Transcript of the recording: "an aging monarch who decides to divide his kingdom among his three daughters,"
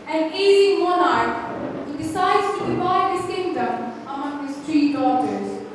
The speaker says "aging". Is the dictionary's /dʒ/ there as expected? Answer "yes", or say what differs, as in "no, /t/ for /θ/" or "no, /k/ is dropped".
no, /dʒ/ is dropped